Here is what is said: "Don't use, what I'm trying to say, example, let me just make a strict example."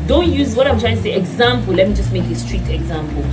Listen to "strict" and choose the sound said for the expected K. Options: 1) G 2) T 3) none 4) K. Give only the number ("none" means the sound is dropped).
3